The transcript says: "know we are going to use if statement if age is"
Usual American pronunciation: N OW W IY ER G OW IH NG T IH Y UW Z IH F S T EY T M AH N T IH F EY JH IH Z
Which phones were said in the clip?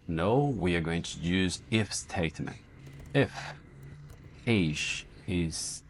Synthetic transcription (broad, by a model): N OW W IY ER G OW IH NG T IH Y UW Z IH F S T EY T M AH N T IH F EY ZH IH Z